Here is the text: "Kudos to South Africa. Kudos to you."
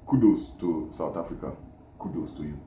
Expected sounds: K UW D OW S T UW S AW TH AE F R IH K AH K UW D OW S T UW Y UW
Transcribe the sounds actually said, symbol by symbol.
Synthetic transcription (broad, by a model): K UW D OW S T UW S AW T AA F R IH K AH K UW D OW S T UW Y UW